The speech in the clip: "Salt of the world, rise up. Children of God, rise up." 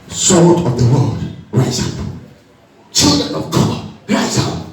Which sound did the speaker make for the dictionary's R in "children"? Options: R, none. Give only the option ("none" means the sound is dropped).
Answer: R